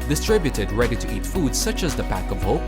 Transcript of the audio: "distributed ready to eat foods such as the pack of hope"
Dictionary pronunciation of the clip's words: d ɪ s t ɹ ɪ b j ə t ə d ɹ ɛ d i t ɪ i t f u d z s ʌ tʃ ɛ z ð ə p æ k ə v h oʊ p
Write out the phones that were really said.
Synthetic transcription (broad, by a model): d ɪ s t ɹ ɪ b j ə t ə d ɹ ɛ d i t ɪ i t f u d z s ʌ tʃ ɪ z ð ə p æ k ə v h oʊ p